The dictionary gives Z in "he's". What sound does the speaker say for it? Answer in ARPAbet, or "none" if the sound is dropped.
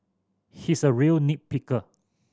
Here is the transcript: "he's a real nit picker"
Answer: S